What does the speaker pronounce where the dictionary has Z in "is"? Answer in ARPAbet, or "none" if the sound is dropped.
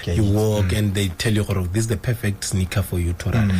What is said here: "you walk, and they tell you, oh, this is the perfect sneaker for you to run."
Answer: S